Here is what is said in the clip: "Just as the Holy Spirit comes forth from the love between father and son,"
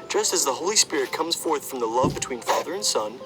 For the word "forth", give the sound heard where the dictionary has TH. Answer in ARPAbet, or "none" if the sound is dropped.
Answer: TH